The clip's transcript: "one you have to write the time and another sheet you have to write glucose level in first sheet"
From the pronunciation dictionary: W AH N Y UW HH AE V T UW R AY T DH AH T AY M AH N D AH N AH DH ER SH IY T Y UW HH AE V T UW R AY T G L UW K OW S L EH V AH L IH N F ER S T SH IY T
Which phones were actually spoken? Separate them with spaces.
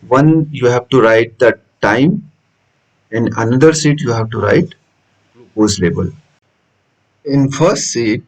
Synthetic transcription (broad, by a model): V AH N Y UW HH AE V T UW R AY T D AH T AY M AH N D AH N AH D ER S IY T Y UW HH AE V T UW R AY T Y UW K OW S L EH B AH L IH N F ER S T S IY T